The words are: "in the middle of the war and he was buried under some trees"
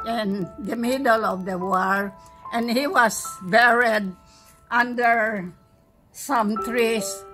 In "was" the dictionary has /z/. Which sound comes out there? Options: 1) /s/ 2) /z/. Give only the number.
1